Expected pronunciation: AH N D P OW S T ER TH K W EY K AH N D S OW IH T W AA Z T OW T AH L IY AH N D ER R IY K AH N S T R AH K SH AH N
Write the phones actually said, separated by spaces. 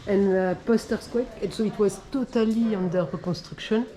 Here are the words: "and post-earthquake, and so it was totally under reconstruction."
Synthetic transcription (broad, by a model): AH N P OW S T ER S K W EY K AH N S OW IH T W AA Z T OW T AH L IY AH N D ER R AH K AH S T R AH K SH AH N